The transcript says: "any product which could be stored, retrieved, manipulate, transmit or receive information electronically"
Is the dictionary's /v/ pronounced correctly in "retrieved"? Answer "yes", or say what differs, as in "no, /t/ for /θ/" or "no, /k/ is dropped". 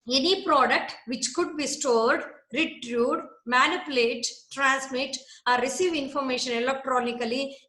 no, /v/ is dropped